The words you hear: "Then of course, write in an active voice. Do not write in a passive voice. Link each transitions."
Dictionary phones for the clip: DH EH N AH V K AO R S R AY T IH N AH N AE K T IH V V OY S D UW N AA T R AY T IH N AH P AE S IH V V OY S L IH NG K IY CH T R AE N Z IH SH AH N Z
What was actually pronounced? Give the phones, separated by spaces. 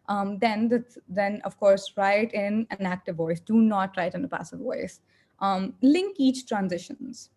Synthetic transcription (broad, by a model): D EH N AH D K AO R S R AY T IH N AH N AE K T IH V V OY S D UW N AA T R AY T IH N AH P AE S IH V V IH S L IH NG K IY CH T R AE N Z IH SH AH N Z